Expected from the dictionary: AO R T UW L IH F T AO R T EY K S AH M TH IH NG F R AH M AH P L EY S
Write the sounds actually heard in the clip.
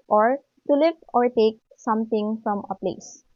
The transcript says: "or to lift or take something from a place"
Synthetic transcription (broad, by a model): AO R T UW L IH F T AO R T EY K S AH M T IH NG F R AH M AH P L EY S